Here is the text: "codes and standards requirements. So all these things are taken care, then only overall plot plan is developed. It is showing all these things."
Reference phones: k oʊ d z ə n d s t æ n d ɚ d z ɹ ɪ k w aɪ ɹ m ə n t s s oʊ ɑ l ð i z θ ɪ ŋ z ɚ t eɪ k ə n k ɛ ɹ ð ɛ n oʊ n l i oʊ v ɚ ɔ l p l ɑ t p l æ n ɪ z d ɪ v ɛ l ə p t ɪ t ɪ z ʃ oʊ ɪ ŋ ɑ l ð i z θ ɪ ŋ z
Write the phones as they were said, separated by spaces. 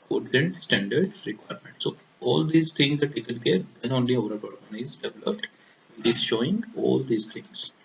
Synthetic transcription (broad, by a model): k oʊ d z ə n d s t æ n d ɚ d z ɹ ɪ k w aɪ ɹ m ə n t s s oʊ ɑ l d i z t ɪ ŋ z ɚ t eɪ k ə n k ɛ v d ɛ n oʊ n l i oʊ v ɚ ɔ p ɑ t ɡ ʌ n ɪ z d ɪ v l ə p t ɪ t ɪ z ʃ oʊ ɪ ŋ ɑ l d i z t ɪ ŋ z